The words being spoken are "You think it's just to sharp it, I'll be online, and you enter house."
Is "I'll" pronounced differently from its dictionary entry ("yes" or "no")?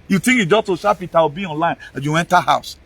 yes